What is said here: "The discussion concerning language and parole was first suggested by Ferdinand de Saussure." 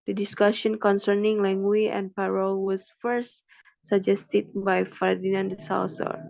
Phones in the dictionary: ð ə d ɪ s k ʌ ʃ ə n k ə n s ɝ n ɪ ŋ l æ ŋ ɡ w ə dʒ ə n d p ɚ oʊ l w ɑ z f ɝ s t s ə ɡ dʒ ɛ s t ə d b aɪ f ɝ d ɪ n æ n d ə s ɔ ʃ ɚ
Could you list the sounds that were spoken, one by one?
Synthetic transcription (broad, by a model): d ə d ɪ s k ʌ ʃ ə n k ə n s ɝ n ɪ ŋ l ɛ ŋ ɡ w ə ə n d p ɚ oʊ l w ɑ s f ɝ s t s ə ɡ dʒ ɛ s t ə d b aɪ f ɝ d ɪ n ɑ n d ə s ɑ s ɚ